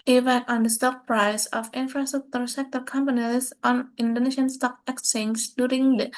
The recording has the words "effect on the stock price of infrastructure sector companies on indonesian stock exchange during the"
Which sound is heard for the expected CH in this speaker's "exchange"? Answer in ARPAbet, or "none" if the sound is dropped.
none